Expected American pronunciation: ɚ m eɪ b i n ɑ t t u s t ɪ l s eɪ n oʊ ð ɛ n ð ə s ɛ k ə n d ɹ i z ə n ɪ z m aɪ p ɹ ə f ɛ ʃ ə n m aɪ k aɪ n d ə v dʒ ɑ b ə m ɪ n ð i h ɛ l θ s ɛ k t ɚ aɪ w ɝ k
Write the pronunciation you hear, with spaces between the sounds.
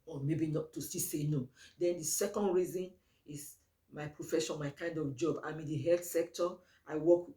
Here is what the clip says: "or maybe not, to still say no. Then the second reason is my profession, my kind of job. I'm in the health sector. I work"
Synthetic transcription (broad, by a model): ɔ m eɪ b i n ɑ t t u s t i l s eɪ n oʊ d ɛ n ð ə s ɛ k ə n d ɹ i z ə n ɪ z m aɪ p ɹ ə f ɛ ʃ ə n m aɪ k aɪ n d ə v dʒ ɑ b ə m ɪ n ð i h ɛ l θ s ɛ k t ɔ aɪ w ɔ k